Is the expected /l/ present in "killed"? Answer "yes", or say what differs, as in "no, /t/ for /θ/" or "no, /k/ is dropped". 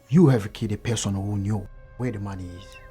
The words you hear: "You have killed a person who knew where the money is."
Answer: no, /l/ is dropped